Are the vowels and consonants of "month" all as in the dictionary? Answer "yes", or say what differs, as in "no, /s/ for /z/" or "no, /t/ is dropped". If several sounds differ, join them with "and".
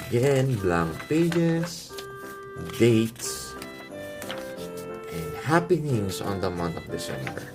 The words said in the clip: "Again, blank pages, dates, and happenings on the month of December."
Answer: no, /t/ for /θ/